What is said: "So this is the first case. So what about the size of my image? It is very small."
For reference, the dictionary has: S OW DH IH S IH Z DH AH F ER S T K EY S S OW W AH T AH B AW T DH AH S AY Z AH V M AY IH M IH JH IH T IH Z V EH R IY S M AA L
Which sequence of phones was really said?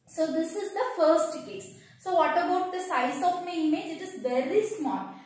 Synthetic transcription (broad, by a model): S OW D IH S IH Z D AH F ER S T K EY S S OW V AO T AH B AW T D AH S AY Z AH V M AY IH M IH JH IH T IH Z V EH R IY S M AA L